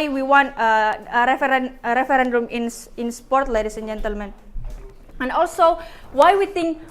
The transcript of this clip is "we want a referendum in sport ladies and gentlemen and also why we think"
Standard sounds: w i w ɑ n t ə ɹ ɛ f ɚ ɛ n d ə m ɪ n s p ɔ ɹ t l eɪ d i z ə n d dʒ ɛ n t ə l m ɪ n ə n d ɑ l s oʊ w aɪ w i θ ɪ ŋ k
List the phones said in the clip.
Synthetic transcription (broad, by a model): w i w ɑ n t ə ɹ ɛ f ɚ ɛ n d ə m ɪ n s p ɔ ɹ t l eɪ d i s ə n dʒ ɛ n t ə l m ɪ n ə n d ɑ l s oʊ w aɪ w i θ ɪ ŋ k